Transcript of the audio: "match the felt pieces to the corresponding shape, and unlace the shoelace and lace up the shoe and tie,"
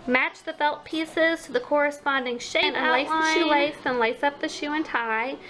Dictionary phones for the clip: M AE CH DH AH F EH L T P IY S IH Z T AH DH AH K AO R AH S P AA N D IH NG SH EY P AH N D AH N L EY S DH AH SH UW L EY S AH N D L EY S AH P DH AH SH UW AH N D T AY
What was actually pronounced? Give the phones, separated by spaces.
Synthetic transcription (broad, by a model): M AE CH DH AH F EH L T P IY S IH Z T AH DH AH K AO R AH S P AA N D IH NG SH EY AH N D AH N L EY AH SH UW L EY S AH N L EY S AH P DH AH SH UW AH N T AY